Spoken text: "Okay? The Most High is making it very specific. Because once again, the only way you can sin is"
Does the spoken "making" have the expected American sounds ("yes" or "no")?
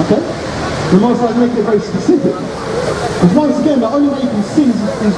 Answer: no